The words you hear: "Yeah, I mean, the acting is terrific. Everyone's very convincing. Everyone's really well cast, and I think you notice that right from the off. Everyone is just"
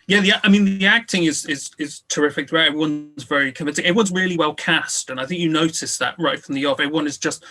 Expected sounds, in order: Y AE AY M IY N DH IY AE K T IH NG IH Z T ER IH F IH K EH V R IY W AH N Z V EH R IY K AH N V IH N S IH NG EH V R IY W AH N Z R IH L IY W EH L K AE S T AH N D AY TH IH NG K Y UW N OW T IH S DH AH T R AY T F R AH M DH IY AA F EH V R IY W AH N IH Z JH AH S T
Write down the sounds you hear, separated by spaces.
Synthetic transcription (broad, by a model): Y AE AY M IY N DH IY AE K T IH NG IH Z T ER IH F IH K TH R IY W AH N Z V EH R IY K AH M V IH N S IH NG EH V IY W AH N Z R IH L IY W EH L K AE S T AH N AY TH IH NG K Y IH N OW T IH S DH AH T R AY T F R AH M DH IY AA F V IY W AH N IH Z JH AH S T